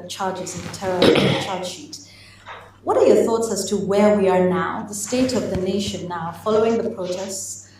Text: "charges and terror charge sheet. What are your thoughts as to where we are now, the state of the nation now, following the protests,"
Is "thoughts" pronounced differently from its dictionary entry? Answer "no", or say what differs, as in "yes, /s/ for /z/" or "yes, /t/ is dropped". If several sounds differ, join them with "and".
no